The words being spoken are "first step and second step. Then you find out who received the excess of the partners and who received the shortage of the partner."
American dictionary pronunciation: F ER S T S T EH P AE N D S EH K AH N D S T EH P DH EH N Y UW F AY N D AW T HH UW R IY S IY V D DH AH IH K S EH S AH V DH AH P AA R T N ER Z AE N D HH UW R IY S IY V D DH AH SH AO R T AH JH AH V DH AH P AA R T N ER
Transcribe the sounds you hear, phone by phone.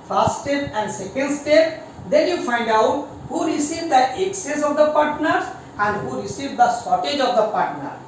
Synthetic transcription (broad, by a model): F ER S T S T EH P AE N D S EH K AH N D S T EH P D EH N Y UW F AY N D AW T HH UW R IY S IY V D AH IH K S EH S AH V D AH P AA R T N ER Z AE N D HH UW R IY S IY V D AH S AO T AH JH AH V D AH P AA R T N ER